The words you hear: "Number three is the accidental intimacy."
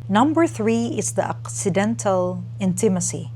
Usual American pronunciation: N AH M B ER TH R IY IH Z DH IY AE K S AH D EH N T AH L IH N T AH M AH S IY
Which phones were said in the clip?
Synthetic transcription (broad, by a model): N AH M B ER TH R IY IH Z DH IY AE K S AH D EH N T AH L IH N T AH M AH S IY